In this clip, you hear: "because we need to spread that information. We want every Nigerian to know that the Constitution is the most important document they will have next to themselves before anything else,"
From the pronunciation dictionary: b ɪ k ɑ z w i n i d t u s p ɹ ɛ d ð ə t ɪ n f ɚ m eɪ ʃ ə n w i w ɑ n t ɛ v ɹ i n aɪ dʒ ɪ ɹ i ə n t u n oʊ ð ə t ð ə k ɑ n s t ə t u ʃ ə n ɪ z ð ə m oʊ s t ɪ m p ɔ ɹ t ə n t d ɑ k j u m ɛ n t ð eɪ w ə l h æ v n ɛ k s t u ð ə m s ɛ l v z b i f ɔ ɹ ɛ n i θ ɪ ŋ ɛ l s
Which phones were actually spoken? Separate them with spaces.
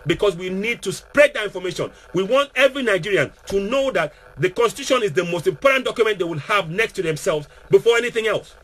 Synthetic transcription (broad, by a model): b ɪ k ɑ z w i n i d t u s p ɹ ɛ d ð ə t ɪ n f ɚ m eɪ ʃ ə n w i w ɑ n t ɛ v ɹ i n aɪ dʒ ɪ ɹ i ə n t u n oʊ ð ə t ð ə k ɑ n s t ə t u ʃ ə n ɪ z ð ə m oʊ s t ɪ m p ɔ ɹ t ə n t d ɑ k j u m ɛ n t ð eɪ w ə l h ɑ v n ɛ k s t u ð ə m s ɛ l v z b i f ɔ ɹ ɛ n i θ ɪ ŋ ɛ l s